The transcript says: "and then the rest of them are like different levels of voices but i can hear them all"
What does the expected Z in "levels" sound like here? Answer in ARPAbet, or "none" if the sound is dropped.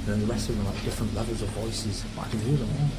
Z